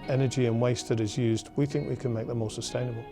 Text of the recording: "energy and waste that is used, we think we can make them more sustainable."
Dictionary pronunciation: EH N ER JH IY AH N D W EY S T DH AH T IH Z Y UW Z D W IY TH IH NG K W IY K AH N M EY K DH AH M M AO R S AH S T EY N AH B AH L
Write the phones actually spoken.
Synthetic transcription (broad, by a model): EH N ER JH IY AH N W EY S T DH AH T IH Z Y UW Z D W IY TH IH NG K W IY K AH N M EY K DH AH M M AO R S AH S T EY N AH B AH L